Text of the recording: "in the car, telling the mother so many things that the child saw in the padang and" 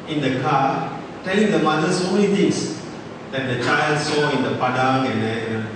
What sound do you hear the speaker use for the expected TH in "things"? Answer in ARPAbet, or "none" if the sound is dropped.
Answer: T